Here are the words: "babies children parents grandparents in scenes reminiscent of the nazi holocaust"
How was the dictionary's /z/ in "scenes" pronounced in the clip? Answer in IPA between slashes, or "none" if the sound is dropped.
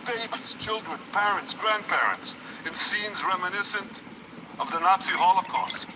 /z/